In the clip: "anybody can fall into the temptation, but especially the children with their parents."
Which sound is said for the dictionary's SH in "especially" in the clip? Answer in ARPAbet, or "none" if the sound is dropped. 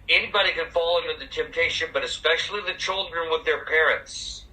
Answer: SH